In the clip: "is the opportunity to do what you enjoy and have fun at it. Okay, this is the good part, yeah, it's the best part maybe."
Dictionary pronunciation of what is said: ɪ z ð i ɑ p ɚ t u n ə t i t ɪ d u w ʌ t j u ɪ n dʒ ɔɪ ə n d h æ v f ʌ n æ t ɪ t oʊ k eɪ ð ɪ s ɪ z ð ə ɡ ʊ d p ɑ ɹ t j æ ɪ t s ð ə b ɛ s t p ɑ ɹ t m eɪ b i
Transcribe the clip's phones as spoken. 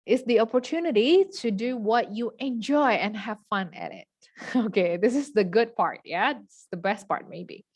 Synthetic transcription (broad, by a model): ɪ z ð i ɑ p ɚ t u n ə t i t ɪ d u w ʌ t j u ɪ n dʒ ɔɪ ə n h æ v f ʌ n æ t ɪ t oʊ k eɪ ð ɪ s ɪ z ð ə ɡ ʊ d p ɑ ɹ t j æ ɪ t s ð ə b ɛ s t p ɑ ɹ t m eɪ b i